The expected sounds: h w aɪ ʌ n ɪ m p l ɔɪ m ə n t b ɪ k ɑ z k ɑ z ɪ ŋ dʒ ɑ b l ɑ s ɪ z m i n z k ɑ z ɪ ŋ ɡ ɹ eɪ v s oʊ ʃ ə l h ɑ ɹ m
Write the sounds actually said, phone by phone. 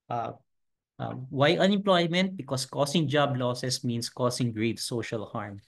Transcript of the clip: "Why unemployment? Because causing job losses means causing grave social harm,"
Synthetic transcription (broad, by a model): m w aɪ ʌ n ɪ m p l ɔɪ m ə n t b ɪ k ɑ s k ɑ s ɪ ŋ dʒ ɑ b l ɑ s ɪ s m i n s k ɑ s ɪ ŋ ɡ ɹ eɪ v s oʊ ʃ ə l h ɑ ɹ m